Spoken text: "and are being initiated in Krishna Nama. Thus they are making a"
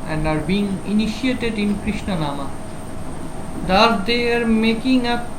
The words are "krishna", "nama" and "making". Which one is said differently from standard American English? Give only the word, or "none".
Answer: none